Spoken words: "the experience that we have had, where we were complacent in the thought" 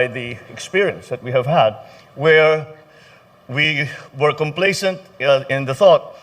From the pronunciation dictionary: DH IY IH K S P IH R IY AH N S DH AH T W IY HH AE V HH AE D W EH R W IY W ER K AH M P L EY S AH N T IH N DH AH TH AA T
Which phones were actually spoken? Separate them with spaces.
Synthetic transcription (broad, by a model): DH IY IH K S P IH R IY AH N S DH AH T W IY HH AE V HH AE D W EH R W IY W ER K AH M P L EY S AH N T IH N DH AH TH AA T